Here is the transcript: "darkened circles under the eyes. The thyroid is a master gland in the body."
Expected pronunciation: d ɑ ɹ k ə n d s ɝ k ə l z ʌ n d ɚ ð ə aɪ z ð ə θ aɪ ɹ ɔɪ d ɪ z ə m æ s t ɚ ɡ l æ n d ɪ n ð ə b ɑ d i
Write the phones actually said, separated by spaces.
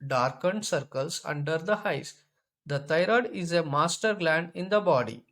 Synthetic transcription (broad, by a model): d ɑ ɹ k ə n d s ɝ k ə l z ʌ n d ɚ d ə aɪ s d ə t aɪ ɹ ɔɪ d ɪ z ə m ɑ s t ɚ ɡ l æ n d ɪ n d ə b ɑ d i